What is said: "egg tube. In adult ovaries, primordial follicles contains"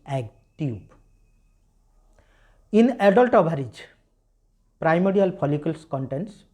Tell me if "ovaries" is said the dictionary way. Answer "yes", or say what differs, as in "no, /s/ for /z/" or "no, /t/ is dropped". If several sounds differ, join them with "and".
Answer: no, /b/ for /v/